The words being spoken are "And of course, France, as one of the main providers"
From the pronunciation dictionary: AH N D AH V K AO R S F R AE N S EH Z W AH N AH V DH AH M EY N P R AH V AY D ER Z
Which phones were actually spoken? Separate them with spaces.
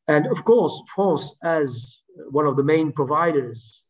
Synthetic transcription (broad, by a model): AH N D AH V K AO R S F AO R S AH Z W AH N AH V DH AH M EY N P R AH V AY D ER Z